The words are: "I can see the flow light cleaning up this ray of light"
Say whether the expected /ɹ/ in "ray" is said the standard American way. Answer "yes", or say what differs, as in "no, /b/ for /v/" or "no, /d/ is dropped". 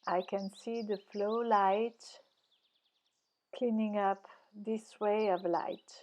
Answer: no, /w/ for /ɹ/